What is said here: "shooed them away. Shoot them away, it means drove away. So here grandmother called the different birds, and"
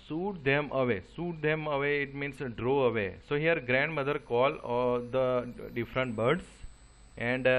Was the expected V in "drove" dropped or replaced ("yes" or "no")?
yes